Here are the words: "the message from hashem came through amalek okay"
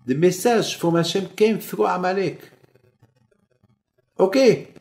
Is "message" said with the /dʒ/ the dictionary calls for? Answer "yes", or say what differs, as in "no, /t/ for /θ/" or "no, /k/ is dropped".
no, /ʒ/ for /dʒ/